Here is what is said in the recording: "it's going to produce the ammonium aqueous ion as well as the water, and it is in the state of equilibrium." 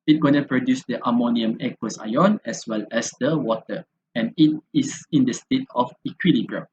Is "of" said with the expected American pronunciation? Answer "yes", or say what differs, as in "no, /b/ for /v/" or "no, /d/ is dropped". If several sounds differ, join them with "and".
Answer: no, /f/ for /v/